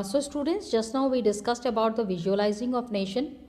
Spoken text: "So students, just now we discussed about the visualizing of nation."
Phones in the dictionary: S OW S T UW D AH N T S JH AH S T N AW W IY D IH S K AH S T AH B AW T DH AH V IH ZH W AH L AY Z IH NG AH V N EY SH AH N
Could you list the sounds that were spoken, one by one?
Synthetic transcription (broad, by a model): S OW S T UW D AH N T S JH AH S T N AW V IY D IH S K AH S T AH B AW T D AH V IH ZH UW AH L AY Z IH NG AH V N EY SH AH N